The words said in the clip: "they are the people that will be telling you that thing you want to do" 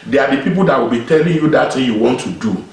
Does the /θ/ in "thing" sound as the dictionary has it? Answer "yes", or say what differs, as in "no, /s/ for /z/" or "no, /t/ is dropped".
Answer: no, /t/ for /θ/